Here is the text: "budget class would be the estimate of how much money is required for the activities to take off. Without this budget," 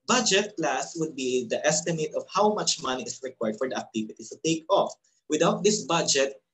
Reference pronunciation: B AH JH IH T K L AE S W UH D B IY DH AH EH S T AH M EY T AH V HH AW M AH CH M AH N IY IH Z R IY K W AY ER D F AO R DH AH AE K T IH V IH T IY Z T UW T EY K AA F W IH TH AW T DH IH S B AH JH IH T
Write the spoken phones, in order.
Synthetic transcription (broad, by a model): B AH JH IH T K L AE S W UH D B IY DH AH EH S T AH M EY T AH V HH AW M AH CH M AH N IY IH S R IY K W AY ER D F AO R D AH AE K T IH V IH T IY T UW T EY K AA F W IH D AW T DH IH S B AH JH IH T